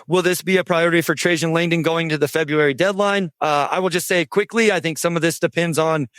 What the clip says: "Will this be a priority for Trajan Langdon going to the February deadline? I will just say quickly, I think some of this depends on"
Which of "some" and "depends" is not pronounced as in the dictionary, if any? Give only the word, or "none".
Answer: none